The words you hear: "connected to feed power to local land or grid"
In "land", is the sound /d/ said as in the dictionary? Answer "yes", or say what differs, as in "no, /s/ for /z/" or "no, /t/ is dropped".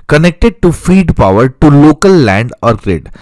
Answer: yes